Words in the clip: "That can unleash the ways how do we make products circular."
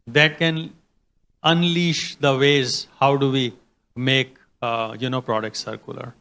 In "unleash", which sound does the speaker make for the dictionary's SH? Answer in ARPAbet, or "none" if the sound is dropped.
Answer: SH